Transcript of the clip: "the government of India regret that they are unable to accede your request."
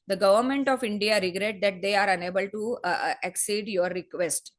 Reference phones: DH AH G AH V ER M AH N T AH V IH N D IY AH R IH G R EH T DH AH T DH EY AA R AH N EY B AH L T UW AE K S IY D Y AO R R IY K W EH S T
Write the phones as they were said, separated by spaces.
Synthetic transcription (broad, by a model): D AH G AH V ER M AH N T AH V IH N D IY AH R IH G R EH T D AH T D EY AA R AH N EY B AH L T UW AE K S IY D Y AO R R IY K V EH S T